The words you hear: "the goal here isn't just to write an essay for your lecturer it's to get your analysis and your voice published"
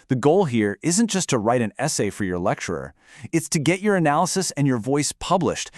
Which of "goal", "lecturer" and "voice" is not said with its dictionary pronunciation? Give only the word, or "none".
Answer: none